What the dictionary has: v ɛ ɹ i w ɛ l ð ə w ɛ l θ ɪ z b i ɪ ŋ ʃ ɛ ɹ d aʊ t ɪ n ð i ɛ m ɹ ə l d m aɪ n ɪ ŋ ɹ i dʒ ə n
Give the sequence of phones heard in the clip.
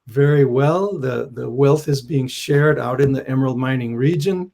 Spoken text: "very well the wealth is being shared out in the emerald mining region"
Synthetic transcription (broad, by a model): v ɛ ɹ i w ɛ l ð ə w ɛ l θ ɪ z b i ɪ ŋ ʃ ɛ ɹ d aʊ t ɪ n ð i ɛ m ə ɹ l m aɪ n ɪ ŋ ɹ i dʒ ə n